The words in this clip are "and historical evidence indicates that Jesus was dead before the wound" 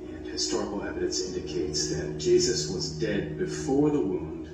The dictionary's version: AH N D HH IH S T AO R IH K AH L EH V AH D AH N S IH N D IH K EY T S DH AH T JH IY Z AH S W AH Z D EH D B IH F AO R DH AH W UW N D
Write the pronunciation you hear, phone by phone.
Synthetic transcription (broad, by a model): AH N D HH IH S T AO R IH K L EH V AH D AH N S IH N D IH K EY T S DH AH T JH IY Z AH S W AH Z D EH D B IH F AO R DH AH W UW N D